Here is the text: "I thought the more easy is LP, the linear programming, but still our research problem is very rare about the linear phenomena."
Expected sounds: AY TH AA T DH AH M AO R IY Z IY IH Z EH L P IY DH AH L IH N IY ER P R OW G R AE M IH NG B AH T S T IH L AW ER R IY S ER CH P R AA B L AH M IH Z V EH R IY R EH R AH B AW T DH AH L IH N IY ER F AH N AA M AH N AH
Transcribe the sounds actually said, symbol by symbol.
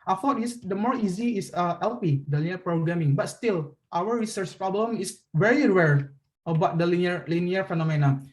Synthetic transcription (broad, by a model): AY F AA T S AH M AO R IY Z IY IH S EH L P IY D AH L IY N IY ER P R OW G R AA M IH NG B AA T S T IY L AW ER R IY S ER CH P R AA B L AH M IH S V EH R IY R EH R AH B AW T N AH L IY N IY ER F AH N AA M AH N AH